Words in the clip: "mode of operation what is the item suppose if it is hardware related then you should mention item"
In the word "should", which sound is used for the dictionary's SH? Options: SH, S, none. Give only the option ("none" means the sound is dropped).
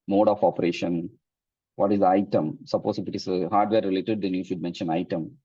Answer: SH